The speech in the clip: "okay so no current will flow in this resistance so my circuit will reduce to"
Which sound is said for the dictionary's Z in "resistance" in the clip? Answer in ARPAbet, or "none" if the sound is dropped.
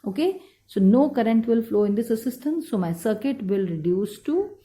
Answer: S